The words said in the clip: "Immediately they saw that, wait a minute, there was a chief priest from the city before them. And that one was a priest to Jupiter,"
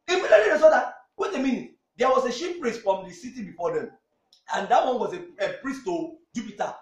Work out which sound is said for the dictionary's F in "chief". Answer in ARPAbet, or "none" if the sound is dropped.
P